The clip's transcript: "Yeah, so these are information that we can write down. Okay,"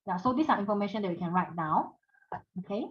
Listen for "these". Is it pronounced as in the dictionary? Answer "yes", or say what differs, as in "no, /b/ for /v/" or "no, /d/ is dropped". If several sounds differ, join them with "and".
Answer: no, /s/ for /z/